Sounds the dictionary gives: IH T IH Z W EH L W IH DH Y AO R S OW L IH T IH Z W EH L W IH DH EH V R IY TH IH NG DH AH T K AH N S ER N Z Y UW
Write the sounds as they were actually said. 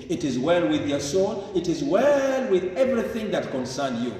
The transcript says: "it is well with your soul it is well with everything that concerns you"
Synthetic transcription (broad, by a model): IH T IH Z W EH L W IH DH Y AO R S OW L IH T IH Z W EH L W IH DH EH V R IY TH IH NG DH AH T K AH N S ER N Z Y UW